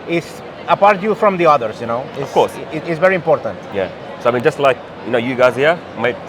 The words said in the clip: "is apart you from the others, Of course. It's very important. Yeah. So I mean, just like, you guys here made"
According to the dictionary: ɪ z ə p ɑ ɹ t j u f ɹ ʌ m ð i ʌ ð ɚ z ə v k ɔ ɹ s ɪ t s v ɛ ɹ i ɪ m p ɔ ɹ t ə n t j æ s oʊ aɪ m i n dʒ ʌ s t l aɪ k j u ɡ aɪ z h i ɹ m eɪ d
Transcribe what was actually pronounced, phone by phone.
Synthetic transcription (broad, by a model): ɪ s ə p ɑ ɹ t j u f ɹ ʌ m ð i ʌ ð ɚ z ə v k ɔ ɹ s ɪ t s v ɛ ɹ i ɪ m p ɔ ɹ t ə n t j æ s oʊ aɪ m i n dʒ ʌ s t l aɪ k j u ɡ aɪ z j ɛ m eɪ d